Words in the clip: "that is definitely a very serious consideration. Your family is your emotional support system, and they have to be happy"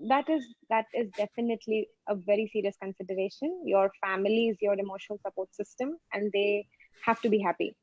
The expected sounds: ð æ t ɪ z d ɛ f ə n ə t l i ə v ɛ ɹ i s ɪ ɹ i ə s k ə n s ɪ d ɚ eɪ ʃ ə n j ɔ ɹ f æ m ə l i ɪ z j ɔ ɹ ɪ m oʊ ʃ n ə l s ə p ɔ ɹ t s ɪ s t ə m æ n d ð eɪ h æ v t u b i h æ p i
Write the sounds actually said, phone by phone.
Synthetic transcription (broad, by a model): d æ t ɪ z d ɛ f ə n ə t l i ə v ɛ ɹ i s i ɹ i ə s k ə n s ɪ d ɚ eɪ ʃ ə n j ɔ ɹ f æ m ə l i ɪ z j ɔ ɹ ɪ m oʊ ʃ ə l s ə p ɔ ɹ t s ɪ s t ə m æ n d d eɪ h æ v t u b i h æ p i